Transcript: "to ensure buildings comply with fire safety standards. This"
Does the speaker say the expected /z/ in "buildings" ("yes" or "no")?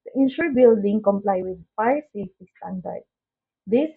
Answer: no